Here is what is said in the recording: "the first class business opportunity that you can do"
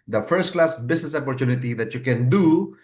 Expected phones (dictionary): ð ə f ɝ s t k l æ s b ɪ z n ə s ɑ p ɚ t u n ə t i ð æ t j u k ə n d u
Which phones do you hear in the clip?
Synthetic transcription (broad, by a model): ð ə f ɝ s t k l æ s b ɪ s n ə s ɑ p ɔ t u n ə t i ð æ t j u k ə n d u